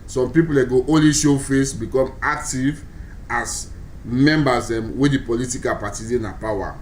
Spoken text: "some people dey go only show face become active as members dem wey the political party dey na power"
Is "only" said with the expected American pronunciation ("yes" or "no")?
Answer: no